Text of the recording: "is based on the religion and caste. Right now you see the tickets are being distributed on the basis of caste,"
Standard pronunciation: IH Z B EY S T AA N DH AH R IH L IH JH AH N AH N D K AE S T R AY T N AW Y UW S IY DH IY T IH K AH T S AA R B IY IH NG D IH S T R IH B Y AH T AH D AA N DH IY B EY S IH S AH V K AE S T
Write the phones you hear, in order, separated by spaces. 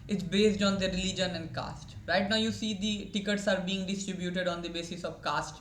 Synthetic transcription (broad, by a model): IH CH B EY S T AA N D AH R IH L IH JH AH N AH N D K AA S T R AY T N AW Y UW S IY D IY T IH K AH T S AA R B IY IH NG D IH S T R IH B Y AH T AH D AA N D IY B EY S IH S AH V K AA S T